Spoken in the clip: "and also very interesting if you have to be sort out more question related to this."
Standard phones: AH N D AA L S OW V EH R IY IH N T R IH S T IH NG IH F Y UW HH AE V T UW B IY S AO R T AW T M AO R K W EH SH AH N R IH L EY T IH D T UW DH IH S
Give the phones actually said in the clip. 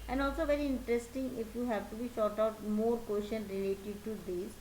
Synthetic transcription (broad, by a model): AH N D AA L S OW V EH R IY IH N T R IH S T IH NG IH F Y UW HH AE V T UW B IY SH AO R T AW T M AO R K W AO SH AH N R IH L EY T IH D T UW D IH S